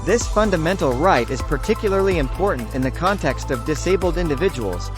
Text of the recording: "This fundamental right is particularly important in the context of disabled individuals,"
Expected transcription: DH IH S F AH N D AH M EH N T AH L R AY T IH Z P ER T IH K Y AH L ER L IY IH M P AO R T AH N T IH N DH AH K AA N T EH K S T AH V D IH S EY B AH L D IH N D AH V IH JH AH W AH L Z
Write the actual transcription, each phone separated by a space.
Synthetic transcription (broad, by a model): DH IH S F AH N D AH M EH N T L R AY T IH Z P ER T IH K Y L ER L IY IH M P AO R T N T IH N DH AH K AA N T EH K S T AH V D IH S EY B L D IH N D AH V IH JH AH W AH L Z